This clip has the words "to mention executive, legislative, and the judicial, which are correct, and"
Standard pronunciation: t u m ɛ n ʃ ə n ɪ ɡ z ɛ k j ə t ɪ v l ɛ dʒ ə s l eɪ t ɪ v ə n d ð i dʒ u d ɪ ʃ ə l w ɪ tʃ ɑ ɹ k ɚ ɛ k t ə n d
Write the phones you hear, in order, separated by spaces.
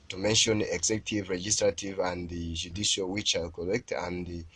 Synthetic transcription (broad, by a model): t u m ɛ n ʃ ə n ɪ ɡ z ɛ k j t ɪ v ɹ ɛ dʒ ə s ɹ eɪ t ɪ v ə n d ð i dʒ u d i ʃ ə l w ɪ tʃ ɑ l k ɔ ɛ k t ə n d